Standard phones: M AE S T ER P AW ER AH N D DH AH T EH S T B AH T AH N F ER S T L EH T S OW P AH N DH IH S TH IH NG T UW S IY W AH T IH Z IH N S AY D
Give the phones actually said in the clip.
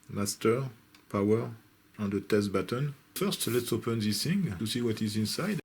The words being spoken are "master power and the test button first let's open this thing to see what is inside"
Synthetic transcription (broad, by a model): M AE S T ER P AW ER AH N D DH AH T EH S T B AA T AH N F ER S T L EH T S OW P AH N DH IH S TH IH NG T UW S IY W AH T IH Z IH N S AY D